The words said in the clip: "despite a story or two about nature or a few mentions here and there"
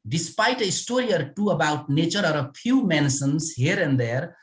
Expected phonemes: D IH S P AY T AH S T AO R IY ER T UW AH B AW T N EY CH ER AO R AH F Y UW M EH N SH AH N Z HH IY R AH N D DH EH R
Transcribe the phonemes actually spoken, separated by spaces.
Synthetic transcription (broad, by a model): D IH S P AY T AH S T AO R IY ER T UW AH B AW T N EY CH ER AO R AH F Y UW M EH N S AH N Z HH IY R AH N D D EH R